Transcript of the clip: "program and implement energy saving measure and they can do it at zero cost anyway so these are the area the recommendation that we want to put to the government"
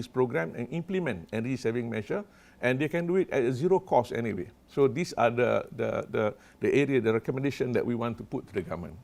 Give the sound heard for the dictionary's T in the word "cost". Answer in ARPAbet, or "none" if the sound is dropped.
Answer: none